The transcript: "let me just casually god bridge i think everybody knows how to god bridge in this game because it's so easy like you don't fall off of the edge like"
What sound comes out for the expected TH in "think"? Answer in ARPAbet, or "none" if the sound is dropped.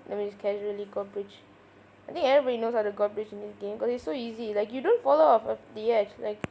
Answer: T